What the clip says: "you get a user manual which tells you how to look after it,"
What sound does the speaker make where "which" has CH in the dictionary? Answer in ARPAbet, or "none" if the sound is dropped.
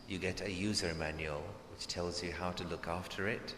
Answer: CH